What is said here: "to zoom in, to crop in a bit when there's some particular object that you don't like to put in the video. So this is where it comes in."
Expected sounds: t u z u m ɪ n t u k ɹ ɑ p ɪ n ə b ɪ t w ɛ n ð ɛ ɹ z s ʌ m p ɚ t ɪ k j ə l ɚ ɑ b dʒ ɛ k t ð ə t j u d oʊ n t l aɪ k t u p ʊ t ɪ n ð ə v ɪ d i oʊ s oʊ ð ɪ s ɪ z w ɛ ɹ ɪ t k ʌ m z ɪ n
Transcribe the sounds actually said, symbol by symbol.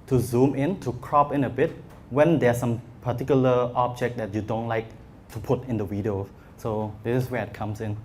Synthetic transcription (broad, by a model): t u z u m ɪ n t u k ɹ ɑ p ɪ n ə b ɪ t w ɛ n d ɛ s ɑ m p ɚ t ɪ k j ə l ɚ ɑ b dʒ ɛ k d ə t j u d oʊ n t l aɪ k t u p ʊ t ɪ n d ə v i d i oʊ s oʊ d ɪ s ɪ s w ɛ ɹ ɪ t k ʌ m s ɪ n